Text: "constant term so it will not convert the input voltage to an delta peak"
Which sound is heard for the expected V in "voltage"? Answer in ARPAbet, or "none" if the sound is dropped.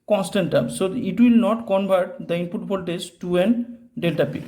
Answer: B